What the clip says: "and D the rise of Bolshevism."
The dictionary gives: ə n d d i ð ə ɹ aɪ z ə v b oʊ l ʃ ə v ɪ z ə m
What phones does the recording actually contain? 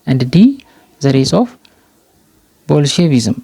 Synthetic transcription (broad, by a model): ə n d d i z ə ɹ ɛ s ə f b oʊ l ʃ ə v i z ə m